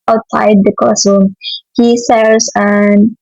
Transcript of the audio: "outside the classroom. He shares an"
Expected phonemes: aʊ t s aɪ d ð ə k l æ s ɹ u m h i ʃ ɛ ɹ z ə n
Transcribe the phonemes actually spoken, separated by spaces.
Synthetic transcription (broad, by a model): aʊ t s aɪ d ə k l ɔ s u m h i s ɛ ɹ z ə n